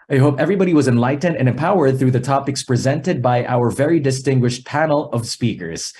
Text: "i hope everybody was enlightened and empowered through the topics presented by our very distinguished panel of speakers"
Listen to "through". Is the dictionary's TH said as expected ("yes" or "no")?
yes